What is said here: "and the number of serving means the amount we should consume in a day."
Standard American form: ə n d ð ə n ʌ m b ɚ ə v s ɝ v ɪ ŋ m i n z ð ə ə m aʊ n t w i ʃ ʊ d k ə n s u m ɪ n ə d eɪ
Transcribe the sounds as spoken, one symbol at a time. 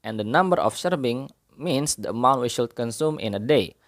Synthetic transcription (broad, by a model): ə n d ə n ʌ m b ɚ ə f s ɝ b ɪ ŋ m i n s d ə ə m aʊ n t w i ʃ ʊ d k ə n s u m ɪ n ə d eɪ